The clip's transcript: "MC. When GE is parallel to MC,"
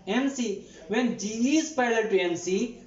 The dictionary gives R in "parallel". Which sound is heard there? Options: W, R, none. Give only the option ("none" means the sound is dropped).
none